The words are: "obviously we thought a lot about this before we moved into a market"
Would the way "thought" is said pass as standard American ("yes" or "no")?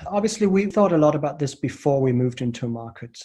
yes